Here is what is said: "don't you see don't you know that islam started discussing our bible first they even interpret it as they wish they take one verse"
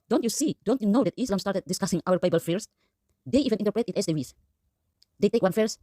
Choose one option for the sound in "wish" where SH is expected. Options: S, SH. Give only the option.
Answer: S